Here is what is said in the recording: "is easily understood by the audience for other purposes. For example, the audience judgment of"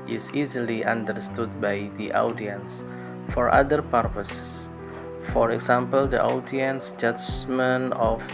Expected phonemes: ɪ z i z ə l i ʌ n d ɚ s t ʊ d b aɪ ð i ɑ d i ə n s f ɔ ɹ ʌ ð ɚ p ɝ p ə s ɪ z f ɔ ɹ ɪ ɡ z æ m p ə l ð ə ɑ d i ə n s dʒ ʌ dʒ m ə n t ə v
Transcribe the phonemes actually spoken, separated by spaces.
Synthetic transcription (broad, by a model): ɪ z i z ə l i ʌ n d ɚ s t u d b aɪ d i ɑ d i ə n s f ɔ ɹ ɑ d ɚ p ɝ p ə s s f ɔ ɹ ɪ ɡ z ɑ m p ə l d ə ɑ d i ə n s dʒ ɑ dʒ m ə n ə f